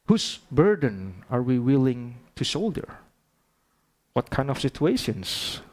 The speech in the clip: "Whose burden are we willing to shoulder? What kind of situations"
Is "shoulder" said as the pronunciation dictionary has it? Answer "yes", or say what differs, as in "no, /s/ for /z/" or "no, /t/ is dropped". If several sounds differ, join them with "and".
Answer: no, /s/ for /ʃ/